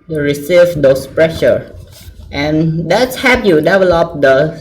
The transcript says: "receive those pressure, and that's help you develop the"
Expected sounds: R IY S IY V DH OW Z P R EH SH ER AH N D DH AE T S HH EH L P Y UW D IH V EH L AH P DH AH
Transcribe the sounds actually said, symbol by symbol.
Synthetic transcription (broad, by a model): R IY S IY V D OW S P R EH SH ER AH N D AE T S HH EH P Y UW D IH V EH L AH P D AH